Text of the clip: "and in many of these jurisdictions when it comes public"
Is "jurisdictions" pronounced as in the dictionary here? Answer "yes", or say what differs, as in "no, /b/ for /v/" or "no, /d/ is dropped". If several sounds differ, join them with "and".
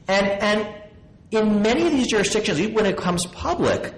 yes